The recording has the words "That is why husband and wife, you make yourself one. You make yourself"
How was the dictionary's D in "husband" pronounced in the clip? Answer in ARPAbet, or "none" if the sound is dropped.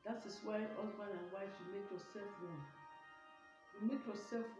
none